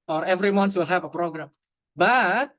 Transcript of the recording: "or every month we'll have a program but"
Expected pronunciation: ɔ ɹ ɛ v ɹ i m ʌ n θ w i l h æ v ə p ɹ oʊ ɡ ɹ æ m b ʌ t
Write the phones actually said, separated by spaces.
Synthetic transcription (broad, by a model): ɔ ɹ ɛ v ɹ i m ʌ n s w i l h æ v ə p ɹ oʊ ɡ ɹ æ m b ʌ t